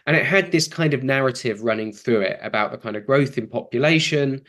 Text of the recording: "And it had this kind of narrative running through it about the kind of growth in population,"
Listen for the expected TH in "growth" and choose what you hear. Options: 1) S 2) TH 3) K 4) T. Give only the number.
2